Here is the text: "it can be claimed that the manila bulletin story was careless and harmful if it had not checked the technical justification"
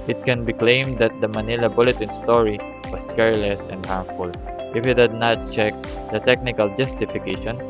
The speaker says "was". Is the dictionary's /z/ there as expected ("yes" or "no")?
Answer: no